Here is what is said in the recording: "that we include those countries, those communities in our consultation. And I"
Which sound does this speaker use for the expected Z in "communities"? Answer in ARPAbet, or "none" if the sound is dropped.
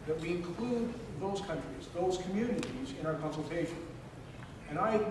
Z